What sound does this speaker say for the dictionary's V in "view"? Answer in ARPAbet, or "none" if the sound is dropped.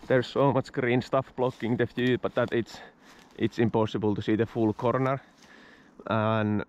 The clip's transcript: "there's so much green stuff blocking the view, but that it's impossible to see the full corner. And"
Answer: F